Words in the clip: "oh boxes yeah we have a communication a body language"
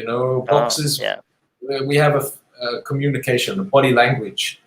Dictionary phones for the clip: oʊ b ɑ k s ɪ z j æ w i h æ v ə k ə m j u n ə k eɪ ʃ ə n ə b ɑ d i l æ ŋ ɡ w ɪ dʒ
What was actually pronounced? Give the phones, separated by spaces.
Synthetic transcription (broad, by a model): oʊ b ɑ k s ɪ z w i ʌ v ə k ə m j u n ə k eɪ ʃ ə n ə b ɑ d i l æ ŋ ɡ w ɪ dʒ